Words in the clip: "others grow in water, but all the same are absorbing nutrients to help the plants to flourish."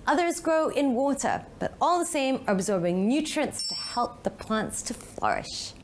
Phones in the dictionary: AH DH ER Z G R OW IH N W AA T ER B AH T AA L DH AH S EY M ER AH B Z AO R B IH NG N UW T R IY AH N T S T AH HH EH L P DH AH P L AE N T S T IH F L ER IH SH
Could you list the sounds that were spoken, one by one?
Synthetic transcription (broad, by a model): AH DH ER Z G R OW IH N W AA T ER B AH T AA L DH AH S EY M ER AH B Z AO R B IH NG N UW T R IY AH N T S T AH HH EH L P DH AH P L AE N T S T IH F L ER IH SH